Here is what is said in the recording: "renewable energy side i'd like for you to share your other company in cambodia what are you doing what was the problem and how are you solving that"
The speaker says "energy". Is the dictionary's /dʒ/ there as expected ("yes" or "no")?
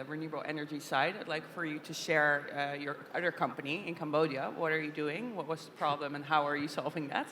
yes